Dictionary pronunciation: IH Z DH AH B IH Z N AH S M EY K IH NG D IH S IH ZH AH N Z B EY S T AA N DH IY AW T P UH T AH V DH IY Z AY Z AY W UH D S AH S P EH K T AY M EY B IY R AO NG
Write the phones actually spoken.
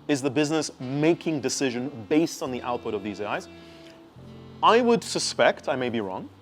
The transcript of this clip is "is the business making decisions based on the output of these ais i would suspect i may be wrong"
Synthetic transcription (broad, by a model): IH Z DH AH B IH Z N AH S M EY K IH NG D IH S IH ZH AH N B EY S T N DH IY AW T P UH T AH V DH IY Z AY Z AY W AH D S AH S P EH K T AY M EY B IY R AO NG